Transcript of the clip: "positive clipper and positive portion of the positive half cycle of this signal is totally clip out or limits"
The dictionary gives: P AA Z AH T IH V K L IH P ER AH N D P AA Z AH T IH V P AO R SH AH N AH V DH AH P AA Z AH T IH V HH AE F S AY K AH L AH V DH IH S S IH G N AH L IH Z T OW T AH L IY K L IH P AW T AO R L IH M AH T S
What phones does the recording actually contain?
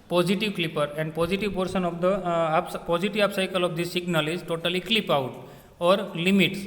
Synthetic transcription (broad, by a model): P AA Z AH T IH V K L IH P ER AH N D P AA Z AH T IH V P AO R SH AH N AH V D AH P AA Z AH T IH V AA P S AY K AH L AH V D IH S S IH G N AH L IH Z T OW T AH L IY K L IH P AW T AO R L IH M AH T S